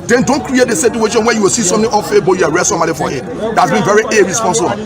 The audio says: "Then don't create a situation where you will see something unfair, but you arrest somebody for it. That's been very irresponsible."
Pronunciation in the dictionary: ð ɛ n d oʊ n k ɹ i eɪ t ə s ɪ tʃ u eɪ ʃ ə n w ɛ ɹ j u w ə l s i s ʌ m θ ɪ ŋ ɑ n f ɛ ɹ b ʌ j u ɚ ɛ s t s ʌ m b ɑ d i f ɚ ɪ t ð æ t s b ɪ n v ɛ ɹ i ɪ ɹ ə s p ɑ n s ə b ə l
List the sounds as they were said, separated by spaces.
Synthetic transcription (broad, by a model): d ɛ n d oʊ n k ɹ i eɪ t ə s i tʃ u eɪ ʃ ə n w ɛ j u w ə l s i s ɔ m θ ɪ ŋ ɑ f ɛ b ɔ j u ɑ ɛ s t s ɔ m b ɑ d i f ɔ ɪ t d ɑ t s b ɪ n v ɛ ɹ i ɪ ɹ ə s p ɑ n s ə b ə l